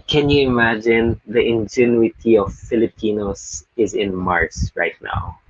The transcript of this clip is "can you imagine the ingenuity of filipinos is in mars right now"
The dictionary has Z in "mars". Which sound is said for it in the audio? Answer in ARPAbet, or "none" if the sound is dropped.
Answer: S